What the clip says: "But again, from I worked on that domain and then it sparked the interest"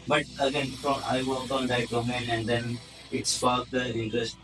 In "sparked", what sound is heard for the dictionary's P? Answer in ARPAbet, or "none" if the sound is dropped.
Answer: F